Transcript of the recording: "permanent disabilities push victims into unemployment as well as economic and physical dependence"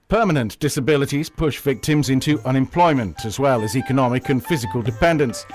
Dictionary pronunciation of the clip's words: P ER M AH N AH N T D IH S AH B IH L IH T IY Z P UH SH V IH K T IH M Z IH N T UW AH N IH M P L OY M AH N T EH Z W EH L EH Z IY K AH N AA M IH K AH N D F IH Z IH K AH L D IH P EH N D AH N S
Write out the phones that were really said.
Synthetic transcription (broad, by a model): P ER M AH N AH N D IH S AH B IH L IH T IY Z P UH SH V IH K T IH M Z IH N T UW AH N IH M P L OY M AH N T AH Z W EH L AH Z IY K AH N AA M IH K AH N F IH Z IH K AH L D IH P EH N D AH N S